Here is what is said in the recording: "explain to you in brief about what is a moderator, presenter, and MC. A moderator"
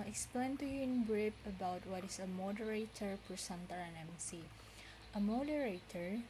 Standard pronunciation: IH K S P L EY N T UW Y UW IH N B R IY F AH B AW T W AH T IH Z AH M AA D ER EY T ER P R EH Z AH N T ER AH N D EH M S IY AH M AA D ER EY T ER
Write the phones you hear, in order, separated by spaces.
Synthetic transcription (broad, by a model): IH K S P L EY N T UW Y UW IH N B R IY P AH B AW T W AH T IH S AH M AA D ER EY T ER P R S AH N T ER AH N EH M S IY AH M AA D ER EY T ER